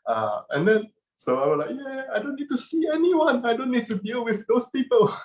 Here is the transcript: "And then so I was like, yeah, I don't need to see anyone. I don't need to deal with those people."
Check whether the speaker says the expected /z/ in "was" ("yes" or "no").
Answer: no